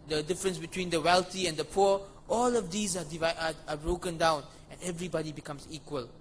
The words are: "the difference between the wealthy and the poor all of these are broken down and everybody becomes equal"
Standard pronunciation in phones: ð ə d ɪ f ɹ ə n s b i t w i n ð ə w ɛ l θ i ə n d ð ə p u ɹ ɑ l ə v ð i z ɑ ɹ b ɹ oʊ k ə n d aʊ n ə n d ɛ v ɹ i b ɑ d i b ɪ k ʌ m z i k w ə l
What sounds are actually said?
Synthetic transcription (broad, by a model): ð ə d ɪ f ɹ ə n s b i t w i n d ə w ɛ l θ i ə n d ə p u ɑ l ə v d i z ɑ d b ɹ oʊ k ə n d aʊ n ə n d ɛ v ɹ i b ɑ d i b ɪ k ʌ m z i k w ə l